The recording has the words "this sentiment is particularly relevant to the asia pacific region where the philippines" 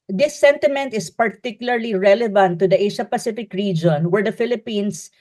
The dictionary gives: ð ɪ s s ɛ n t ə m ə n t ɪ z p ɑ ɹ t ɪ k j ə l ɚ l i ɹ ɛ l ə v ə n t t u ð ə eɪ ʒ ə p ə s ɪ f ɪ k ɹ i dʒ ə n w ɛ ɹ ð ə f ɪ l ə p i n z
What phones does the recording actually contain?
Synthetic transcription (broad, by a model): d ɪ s s ɛ n t ə m ə n t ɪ s p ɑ ɹ t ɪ k j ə l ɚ l i ɹ ɛ l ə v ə n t t u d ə eɪ ʃ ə p ə s ɪ f ɪ k ɹ i dʒ ə n w ɛ ɹ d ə f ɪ l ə p i n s